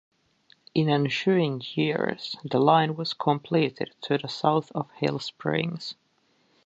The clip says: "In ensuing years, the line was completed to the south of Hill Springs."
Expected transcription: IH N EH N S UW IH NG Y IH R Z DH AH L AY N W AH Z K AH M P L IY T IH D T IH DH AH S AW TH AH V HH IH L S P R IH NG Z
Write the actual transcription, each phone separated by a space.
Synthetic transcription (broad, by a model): IH N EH N SH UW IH NG Y IH R Z DH AH L AY N W AH Z K AH M P L IY T IH D T IH DH AH S AW TH AH V HH IH L S P R IH NG Z